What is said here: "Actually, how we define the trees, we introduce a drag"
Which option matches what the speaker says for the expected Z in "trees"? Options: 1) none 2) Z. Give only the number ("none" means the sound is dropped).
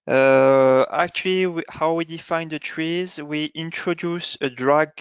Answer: 2